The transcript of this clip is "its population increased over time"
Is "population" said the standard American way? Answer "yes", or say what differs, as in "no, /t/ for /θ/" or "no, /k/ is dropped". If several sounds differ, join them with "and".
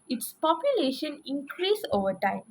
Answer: yes